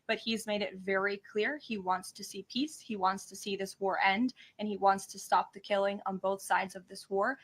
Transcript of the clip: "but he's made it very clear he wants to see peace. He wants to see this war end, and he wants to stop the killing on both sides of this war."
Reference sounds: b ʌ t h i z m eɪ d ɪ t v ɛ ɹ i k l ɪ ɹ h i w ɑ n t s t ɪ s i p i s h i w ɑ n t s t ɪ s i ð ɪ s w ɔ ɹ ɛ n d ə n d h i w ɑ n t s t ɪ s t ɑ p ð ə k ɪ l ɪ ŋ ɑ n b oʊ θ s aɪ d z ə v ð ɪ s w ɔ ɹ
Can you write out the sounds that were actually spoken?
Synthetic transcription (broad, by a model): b ʌ t h i z m eɪ d ɪ t v ɛ ɹ i k l ɪ ɹ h i w ɑ n t s t ɪ s i p i s h i w ɑ n t s t ɪ s i ð ɪ s w ɔ ɹ ɛ n d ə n i w ɑ n t s t ɪ s t ɑ p ð ə k ɪ l ɪ ŋ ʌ n b oʊ θ s aɪ d z ə v ð ɪ s w ɔ ɹ